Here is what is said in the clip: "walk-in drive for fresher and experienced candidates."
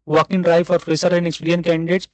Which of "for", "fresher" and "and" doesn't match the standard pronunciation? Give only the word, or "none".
fresher